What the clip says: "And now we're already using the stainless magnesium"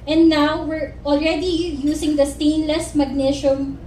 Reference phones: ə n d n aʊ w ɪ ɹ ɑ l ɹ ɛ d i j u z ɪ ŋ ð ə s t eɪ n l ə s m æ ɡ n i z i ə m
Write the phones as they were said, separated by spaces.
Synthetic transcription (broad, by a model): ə n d n aʊ w ɪ ɹ ɑ l ɹ ɛ d i j u s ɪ ŋ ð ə s t eɪ n l ə s m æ ɡ n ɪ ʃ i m